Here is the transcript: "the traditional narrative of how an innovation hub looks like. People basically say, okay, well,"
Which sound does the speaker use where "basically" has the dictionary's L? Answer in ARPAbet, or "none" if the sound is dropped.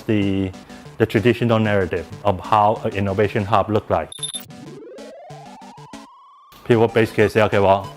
none